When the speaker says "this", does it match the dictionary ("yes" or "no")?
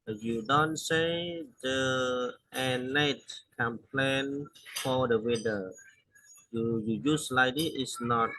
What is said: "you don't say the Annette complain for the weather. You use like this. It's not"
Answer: no